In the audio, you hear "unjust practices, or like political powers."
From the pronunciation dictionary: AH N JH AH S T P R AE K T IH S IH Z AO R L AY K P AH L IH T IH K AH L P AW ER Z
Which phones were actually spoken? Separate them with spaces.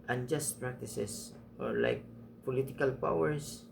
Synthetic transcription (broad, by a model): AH N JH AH S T P R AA K T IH S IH S AO R L AY K P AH L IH T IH K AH L P AW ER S